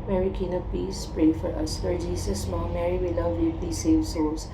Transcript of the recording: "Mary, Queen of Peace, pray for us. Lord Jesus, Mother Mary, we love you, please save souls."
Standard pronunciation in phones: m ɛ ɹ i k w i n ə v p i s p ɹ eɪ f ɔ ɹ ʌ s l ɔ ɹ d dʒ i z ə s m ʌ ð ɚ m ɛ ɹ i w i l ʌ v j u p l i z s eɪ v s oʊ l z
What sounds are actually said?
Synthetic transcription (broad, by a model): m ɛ ɹ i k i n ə p i s p ɹ eɪ f ɔ ɹ ʌ s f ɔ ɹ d dʒ i s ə s m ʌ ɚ m ɛ ɹ i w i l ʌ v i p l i s eɪ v s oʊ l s